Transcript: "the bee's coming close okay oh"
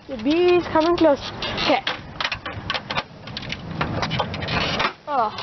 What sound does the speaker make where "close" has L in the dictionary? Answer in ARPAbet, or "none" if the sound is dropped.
L